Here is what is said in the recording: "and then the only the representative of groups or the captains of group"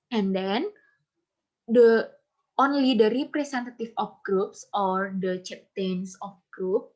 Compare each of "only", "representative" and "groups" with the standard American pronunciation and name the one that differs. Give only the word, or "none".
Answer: representative